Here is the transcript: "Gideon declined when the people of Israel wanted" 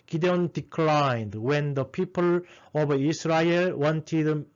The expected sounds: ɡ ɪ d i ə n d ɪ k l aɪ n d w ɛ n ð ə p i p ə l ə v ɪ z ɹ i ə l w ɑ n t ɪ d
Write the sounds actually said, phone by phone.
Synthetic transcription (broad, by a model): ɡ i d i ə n d ɪ k l aɪ n d w ɛ n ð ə p i p ə l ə b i s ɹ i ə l w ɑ n t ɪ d